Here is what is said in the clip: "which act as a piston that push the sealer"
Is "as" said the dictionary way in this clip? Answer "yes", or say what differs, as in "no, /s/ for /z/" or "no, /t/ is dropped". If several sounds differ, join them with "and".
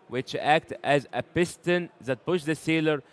yes